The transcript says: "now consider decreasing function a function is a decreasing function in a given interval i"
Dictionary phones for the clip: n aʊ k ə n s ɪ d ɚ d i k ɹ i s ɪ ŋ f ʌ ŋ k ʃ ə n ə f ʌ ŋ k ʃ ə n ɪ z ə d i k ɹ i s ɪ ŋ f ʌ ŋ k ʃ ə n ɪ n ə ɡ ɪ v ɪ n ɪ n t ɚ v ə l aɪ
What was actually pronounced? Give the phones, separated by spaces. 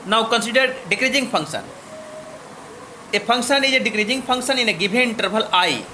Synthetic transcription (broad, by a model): n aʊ k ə n s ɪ d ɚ d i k ɹ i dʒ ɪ ŋ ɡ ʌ ŋ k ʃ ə n ə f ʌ ŋ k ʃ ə n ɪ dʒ ə d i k ɹ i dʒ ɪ ŋ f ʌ ŋ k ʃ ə n ɪ n ə ɡ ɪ b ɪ n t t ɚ b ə l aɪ